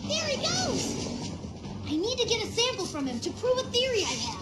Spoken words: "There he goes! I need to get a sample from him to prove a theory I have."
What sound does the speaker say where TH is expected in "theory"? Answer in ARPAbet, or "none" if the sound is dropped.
TH